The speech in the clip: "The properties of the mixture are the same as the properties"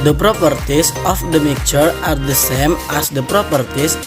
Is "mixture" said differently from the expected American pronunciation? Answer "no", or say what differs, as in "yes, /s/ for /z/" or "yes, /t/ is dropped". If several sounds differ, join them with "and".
yes, /s/ is dropped